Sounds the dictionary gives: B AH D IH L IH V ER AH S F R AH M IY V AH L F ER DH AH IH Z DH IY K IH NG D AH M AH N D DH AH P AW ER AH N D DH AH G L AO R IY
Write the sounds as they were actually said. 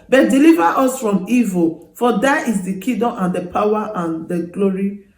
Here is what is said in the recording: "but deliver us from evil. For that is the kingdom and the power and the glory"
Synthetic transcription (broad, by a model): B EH D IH L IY V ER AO S F R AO M IY V AH L F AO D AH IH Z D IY K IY D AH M AH N D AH P AW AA AH N D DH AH G L AO R IY